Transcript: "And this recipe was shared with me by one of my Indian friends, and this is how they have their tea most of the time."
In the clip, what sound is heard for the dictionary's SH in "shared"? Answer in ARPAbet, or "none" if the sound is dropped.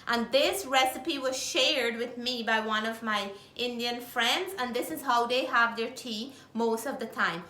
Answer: SH